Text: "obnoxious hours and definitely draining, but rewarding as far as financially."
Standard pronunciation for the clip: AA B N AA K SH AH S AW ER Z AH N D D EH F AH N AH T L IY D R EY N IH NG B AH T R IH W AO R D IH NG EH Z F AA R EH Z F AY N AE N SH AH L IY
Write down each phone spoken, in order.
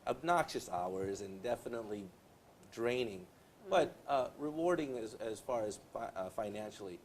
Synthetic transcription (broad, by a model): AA B N AA K SH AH S AW ER Z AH N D D EH F AH N AH T L IY D R EY N IH NG B AH T R IH W AO R D IH NG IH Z F AA R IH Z F AY N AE N SH L IY